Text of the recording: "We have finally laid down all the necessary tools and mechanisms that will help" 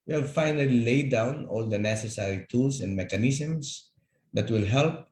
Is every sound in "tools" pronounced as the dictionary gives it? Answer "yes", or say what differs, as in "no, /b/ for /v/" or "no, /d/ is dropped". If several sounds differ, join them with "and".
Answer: no, /s/ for /z/